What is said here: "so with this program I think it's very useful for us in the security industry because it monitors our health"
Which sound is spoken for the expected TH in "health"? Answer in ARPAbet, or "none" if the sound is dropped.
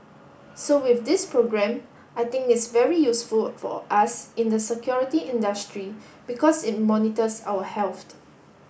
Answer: T